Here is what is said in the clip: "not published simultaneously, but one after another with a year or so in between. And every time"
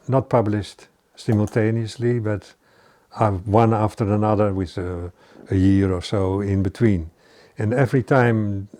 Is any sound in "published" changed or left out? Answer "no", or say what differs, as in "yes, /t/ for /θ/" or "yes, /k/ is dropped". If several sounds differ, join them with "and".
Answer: no